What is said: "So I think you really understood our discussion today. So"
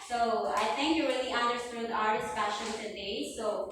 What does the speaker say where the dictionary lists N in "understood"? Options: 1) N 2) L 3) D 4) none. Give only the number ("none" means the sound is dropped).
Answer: 1